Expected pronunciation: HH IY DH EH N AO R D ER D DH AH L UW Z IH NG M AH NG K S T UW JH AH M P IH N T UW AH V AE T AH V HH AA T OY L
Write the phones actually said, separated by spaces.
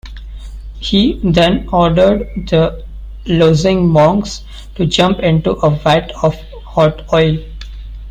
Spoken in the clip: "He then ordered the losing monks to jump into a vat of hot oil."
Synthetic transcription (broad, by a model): HH IY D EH N AO R D ER D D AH L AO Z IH NG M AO NG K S T UW JH AH M P IH N T UW AH V AE T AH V HH AA T OY L